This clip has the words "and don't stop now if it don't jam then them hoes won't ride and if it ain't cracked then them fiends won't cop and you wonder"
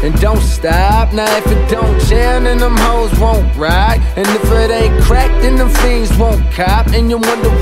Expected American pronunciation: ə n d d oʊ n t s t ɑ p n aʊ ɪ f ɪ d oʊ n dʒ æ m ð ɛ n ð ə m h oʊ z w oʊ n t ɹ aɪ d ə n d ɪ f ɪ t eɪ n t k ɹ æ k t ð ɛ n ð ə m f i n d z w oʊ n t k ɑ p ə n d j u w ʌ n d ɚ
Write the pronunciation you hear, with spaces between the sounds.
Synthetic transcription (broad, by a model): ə n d d oʊ n t s t ɑ p n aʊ ɪ f ɪ d oʊ n tʃ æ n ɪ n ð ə m h oʊ z w oʊ n t ɹ aɪ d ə n ɪ f ɪ t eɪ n k ɹ æ k t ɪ n ð ə m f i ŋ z w oʊ n k ɑ p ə n j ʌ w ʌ n d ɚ